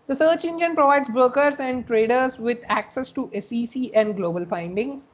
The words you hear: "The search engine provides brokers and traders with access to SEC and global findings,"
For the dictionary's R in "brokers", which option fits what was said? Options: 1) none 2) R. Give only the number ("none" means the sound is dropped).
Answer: 1